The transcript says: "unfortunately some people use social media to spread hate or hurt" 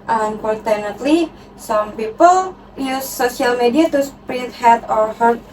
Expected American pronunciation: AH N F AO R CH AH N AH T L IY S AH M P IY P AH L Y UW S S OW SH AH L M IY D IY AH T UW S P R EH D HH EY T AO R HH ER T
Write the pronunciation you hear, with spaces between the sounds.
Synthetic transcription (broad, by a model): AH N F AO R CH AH N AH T L IY S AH M P IY P AH L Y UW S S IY AH L M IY D IY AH T UW S P R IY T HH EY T AO R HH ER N